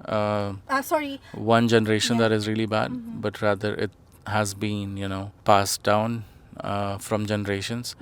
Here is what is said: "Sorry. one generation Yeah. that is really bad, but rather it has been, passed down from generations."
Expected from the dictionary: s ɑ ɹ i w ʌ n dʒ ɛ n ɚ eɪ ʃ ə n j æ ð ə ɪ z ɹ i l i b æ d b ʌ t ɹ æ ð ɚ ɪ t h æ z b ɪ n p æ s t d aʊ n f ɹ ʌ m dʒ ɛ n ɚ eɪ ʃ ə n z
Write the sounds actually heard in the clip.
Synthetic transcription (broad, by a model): s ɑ ɹ i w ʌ n dʒ ɛ n ɚ eɪ ʃ ə n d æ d ɪ z ɹ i l i b æ d b ʌ t ɹ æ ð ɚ ɪ t h æ z b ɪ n p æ s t d aʊ n f ɹ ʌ m dʒ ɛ n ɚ eɪ ʃ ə n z